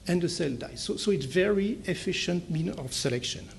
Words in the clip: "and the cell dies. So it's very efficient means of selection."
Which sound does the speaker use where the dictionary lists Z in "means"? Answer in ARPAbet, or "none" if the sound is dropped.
none